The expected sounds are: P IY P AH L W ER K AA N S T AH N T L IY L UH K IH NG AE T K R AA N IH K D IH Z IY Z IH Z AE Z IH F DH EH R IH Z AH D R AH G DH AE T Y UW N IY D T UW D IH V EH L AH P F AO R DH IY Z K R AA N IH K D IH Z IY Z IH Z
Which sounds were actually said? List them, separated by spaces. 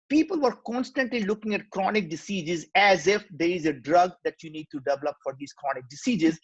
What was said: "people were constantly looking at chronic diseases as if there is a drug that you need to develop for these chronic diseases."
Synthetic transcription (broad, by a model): P IY P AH L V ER K AA N S T AH N T L IY L UH K IH NG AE T K R AA N IH K D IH S IY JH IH Z AE Z IH F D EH R IH Z AH D R AH G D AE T Y UW N IY D T UW D IH V EH L AH P F AO R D IY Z K R AA N IH K D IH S IY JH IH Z